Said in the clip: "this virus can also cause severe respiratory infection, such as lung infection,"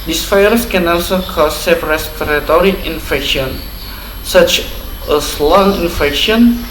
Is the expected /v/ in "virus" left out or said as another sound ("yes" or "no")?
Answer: yes